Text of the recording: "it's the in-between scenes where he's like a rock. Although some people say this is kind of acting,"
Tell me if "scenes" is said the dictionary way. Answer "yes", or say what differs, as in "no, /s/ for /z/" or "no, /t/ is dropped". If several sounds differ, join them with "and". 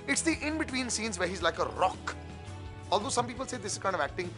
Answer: yes